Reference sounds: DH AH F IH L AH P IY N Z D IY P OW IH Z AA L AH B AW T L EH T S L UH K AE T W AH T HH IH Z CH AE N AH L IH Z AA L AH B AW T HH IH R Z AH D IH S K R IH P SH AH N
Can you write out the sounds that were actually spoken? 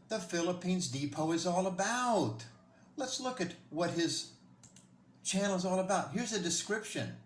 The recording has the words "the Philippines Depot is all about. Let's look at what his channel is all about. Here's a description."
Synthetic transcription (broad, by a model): DH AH F IH L AH P IY N Z D IY P OW IH Z AA L AH B AW T L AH T S L UH K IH T W AH T HH IH Z CH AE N L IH Z AA L AH B AW T HH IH R Z AH D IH S K R IH P SH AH N